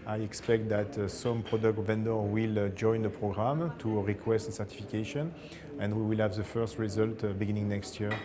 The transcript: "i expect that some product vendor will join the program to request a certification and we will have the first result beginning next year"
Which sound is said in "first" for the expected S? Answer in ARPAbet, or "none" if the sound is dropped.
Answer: S